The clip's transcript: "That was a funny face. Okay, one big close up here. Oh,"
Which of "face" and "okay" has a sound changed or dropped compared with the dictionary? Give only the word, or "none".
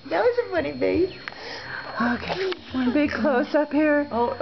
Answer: face